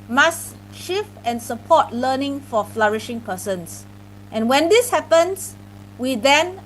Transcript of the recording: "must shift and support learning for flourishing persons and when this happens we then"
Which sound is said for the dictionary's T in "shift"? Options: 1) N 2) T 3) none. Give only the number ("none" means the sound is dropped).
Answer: 3